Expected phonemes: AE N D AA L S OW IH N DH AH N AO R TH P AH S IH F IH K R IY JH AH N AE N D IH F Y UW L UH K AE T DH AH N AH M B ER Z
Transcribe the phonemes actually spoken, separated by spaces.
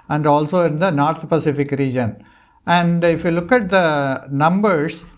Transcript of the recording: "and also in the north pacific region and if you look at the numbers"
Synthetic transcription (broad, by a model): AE N D AA L S OW IH N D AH N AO R T P AH S IH F IH K R IY JH AH N AE N D IH F Y UW L UH K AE T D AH N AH M B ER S